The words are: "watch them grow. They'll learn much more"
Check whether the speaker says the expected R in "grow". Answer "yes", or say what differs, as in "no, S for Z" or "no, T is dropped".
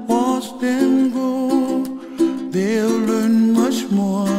no, R is dropped